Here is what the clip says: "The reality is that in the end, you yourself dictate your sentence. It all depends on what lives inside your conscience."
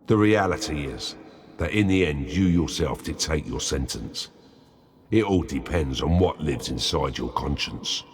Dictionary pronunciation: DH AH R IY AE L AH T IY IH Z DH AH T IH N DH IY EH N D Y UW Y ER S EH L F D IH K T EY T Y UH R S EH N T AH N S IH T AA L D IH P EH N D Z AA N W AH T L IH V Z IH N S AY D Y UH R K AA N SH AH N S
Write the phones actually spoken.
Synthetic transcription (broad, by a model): DH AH R IY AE L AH T IY IH Z DH AH T IH N DH IY EH N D Y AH Y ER S EH L F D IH T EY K Y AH R S EH N T AH N S IH T AA L D IH P EH N D Z N W AH T L IH V Z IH N S AY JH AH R K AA N SH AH N S